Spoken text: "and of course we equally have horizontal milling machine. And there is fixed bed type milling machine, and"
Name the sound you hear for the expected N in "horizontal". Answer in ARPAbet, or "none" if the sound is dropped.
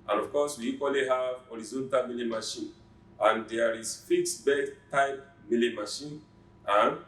N